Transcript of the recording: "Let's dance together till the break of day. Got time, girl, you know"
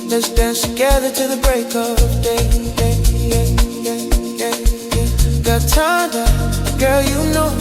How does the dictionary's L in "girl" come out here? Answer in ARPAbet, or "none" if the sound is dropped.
L